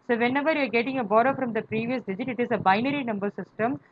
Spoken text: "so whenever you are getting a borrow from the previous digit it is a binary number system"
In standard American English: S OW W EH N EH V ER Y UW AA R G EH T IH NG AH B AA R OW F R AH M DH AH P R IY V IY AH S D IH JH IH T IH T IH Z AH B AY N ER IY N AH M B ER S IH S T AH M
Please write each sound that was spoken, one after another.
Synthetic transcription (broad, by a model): S OW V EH N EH V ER Y UW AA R G EH T IH NG AH B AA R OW F R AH M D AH P R IY V IY AH S D IH JH IH T IH T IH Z AH B AY N ER IY N AH M B ER S IH S T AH M